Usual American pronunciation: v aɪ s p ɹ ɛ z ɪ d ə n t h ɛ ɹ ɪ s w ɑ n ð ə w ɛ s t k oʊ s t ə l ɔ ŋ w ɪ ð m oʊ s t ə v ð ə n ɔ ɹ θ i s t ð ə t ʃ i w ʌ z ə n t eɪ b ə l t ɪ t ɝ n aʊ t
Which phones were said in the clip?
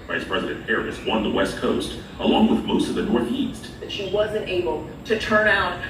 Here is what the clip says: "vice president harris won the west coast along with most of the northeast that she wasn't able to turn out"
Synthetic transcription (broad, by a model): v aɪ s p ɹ ɛ z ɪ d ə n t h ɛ ɹ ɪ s w ɑ n ð ə w ɛ s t k oʊ s t ə l ɔ ŋ w ɪ ð m oʊ s t ə v ð ə n ɔ ɹ θ i s t ð ə t ʃ i w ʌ z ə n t eɪ b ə l t ɪ t ɝ n aʊ t